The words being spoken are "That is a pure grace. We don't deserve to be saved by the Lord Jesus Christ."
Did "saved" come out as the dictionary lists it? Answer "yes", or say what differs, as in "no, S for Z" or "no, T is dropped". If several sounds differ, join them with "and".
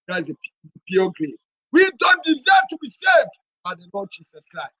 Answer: yes